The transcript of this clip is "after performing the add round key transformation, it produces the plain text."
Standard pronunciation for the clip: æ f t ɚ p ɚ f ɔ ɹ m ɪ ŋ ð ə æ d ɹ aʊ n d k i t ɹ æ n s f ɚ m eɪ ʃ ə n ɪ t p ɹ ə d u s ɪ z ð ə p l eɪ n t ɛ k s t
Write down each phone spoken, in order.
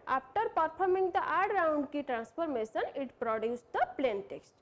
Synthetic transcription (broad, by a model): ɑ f t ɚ p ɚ p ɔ ɹ m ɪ ŋ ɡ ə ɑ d ɹ aʊ n d k i t ɹ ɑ n s p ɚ m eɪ s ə n ɪ t p ɹ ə d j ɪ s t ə p l eɪ n t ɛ k s t